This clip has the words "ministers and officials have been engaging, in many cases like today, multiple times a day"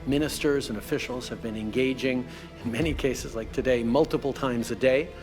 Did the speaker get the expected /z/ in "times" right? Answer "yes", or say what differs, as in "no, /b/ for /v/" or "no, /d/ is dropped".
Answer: yes